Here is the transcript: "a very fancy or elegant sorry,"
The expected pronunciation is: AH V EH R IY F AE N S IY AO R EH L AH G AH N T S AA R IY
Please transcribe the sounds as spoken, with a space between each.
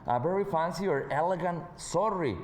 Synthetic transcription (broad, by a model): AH B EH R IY F AE N S IY AO R EH L AH G AH N T S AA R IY